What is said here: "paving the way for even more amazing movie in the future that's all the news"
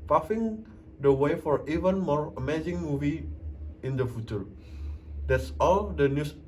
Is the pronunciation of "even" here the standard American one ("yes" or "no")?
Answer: yes